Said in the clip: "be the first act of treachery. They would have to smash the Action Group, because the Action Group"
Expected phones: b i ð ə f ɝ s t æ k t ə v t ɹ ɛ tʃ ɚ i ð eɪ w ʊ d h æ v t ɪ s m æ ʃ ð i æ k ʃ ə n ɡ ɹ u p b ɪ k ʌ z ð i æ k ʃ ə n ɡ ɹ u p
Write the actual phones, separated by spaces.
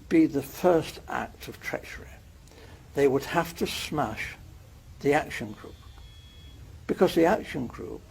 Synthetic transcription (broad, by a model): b i ð ə f ɝ s t æ k t ə v t ɹ ɛ tʃ ɚ i ð eɪ w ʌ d h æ f t ɪ s m æ ʃ ð i æ k ʃ ə n ɡ ɹ u p b ɪ k ʌ z ð i æ k ʃ ə n ɡ ɹ u p